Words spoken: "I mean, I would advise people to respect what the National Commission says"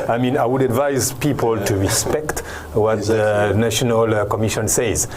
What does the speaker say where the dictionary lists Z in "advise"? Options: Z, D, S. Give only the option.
Z